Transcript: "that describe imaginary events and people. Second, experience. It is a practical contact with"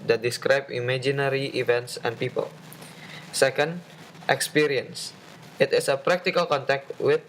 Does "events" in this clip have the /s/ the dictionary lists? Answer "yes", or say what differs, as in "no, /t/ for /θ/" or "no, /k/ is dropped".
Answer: yes